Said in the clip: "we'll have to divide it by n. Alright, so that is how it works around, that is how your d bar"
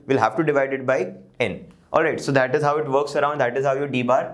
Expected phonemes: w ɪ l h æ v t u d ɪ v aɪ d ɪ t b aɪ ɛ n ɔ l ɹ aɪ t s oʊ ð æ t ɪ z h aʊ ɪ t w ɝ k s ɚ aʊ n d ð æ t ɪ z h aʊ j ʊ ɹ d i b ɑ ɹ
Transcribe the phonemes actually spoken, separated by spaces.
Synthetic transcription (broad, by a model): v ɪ l h æ v t u d ɪ v aɪ d ɪ t b aɪ ɛ n ɔ l ɹ aɪ t s oʊ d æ t ɪ z h aʊ ɪ t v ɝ k s ɚ aʊ n d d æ t ɪ z h aʊ j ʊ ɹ d i b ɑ ɹ